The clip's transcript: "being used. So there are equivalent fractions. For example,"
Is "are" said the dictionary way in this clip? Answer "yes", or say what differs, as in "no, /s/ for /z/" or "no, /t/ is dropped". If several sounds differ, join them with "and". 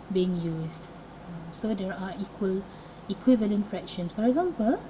no, /l/ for /ɹ/